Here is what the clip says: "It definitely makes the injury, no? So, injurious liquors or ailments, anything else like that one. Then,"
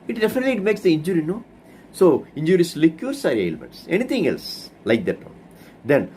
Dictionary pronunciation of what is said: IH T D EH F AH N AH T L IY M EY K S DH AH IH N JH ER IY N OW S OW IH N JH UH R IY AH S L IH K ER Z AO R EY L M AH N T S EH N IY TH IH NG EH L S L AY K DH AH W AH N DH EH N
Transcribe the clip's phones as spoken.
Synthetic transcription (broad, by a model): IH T D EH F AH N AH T L IY M EY K S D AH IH N JH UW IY N OW S OW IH N JH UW R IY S L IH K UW S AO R EY L M AH N T S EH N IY T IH NG EH L S L AY K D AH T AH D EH N